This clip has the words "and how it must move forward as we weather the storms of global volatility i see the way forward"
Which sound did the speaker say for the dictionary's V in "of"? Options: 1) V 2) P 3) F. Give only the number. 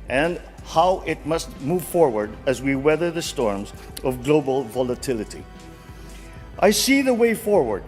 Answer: 1